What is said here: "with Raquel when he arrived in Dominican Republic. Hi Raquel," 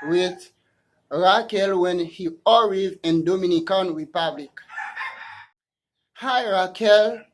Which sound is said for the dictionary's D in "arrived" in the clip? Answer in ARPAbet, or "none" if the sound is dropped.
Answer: none